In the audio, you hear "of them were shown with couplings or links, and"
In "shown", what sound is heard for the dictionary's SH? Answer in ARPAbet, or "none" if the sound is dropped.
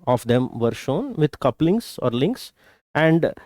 SH